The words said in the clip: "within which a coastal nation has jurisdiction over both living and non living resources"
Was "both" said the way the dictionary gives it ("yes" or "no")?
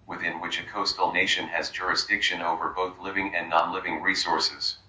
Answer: yes